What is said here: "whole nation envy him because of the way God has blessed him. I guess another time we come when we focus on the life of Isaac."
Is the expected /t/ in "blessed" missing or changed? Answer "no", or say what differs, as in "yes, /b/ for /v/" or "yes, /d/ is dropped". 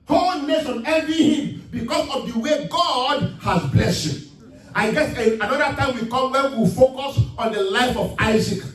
yes, /t/ is dropped